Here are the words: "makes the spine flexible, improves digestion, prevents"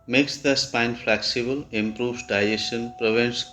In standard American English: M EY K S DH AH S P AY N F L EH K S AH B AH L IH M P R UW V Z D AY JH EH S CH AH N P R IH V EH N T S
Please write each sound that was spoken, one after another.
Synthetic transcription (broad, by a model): M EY K S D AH S P AY N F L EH K S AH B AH L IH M P R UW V D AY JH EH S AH N P R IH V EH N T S